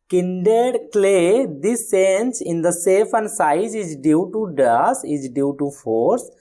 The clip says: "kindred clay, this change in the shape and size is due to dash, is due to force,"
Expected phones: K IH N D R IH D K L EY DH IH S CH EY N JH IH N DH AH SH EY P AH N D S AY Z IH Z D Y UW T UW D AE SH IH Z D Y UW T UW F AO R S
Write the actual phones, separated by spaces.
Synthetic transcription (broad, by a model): K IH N D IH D K L EY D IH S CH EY N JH IH N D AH S EY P AH N D S AY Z IH Z D Y UW T UW D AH S IH Z D Y UW T UW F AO R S